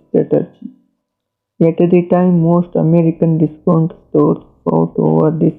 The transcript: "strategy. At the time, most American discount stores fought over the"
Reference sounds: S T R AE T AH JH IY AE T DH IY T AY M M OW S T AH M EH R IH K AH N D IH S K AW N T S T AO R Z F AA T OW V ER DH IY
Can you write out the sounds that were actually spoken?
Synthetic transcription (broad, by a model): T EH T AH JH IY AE T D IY T AY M M OW S T AH M EH R IH K AH N D IH S K AW N T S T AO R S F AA T OW V ER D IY